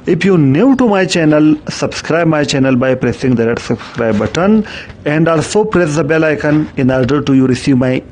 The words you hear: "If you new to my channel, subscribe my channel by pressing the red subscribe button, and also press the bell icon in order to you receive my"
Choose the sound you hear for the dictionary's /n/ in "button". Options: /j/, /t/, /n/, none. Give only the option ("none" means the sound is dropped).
/n/